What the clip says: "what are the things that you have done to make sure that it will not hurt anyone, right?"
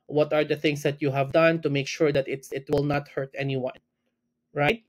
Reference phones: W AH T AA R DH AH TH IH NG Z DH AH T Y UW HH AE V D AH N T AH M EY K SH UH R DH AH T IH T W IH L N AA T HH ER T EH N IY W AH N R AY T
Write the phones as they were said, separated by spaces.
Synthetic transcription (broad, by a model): W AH T AA R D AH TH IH NG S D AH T Y UW HH AE V D AH N T AH M EY K SH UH R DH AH T IH T W IH L N AA T HH ER T EH N IY W AH N R AY T